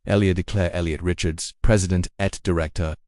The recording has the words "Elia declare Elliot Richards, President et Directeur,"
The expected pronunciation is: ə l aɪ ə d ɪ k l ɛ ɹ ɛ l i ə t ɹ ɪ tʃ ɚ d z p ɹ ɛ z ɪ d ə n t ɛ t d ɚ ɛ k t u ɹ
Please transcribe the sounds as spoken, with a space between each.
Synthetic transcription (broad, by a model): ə l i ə d ɪ k l ɛ ɹ ɛ l i ə t ɹ ɪ tʃ ɚ d z p ɹ ɛ z ɪ d ə n t ɛ t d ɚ ɛ k t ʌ ɹ